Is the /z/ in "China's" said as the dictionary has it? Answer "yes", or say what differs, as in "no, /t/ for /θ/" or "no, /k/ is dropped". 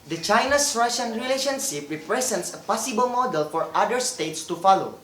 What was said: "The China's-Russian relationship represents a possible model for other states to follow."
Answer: no, /s/ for /z/